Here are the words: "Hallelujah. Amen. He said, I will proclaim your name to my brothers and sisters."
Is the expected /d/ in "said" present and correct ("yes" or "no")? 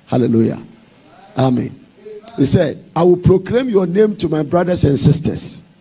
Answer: yes